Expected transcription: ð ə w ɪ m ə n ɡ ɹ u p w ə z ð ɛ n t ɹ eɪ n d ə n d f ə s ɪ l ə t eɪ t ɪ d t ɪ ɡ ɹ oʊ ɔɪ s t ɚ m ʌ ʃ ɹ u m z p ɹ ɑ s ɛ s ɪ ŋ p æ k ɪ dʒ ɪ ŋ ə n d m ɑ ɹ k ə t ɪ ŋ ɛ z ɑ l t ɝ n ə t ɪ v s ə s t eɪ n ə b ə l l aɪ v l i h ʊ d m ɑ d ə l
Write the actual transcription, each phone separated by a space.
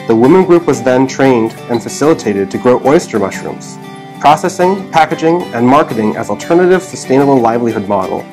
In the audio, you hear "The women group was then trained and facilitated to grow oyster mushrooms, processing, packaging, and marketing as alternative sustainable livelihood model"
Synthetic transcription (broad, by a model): ð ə w ɪ m ə n ɡ ɹ u p w ə z ð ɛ n t ɹ eɪ n d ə n f ə s ɪ l ə t eɪ t ɪ d t ɪ ɡ ɹ oʊ ɔɪ s t ɚ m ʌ ʃ ɹ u m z p ɹ ɑ s ɛ s ɪ ŋ p æ k ɪ dʒ ɪ ŋ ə n m ɑ ɹ k ə t ɪ ŋ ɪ z l t ɝ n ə t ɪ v s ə s t eɪ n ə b l l aɪ v l i h ʊ d m ɑ d l